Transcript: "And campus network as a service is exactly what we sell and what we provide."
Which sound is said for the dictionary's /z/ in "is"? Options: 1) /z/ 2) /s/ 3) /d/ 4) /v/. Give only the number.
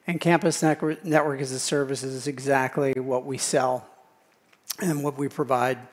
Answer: 1